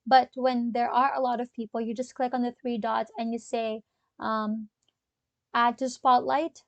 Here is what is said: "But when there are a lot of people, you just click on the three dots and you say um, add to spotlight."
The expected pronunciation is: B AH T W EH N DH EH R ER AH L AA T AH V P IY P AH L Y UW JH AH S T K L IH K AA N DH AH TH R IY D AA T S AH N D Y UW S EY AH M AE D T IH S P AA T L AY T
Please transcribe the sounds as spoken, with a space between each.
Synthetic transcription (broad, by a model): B AH T W EH N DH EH R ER AH L AA T AH V P IY P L Y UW JH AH S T K L IH K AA N DH AH TH R IY D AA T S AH N Y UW S EY AH M AE D T IH S P AA T L AY T